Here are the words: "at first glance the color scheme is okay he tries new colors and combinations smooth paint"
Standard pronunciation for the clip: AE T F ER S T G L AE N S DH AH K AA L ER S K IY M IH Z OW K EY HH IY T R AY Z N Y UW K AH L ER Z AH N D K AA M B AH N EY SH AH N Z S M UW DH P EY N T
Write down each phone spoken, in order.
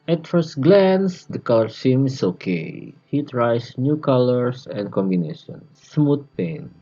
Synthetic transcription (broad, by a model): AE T F ER S T G L AE N S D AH K AA L ER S IY M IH S OW K EY HH IY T R AY S N Y UW K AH L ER S AH N D K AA M B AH N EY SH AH N S M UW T P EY N